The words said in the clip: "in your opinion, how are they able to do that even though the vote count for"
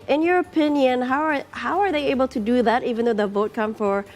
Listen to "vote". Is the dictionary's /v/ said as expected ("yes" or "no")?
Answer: yes